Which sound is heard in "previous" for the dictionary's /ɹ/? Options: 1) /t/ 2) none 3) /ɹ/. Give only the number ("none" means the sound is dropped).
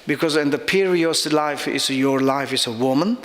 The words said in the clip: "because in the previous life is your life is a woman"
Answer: 2